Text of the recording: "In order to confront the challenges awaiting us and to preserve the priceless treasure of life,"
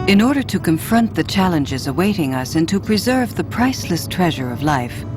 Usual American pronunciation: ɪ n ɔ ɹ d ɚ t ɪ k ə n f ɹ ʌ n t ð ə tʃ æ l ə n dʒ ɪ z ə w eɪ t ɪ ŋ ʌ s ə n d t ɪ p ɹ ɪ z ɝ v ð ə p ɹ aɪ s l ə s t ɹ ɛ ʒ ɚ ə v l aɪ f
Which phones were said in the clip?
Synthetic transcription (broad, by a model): ɪ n ɔ ɹ d ɚ t ɪ k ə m f ɹ ʌ n ð ə tʃ æ l ə n dʒ ɪ z ə w eɪ t ɪ ŋ ʌ s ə n t ɪ p ɹ ɪ z ɝ v ð ə p ɹ aɪ s l ə s t ɹ ɛ ʒ ɚ ə v l aɪ f